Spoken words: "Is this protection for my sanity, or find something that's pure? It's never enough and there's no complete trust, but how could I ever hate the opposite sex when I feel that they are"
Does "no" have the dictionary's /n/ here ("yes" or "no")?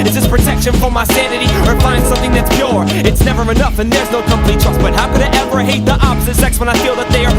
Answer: yes